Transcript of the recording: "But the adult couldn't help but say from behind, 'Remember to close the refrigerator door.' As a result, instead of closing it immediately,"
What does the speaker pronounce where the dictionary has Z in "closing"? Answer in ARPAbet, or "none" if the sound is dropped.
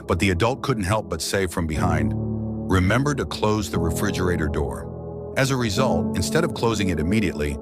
Z